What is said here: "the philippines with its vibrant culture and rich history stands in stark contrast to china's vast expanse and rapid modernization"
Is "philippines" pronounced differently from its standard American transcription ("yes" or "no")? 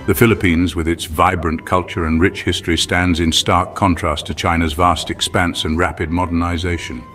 no